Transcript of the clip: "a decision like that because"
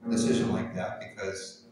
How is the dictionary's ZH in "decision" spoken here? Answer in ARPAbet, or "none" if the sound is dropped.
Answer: ZH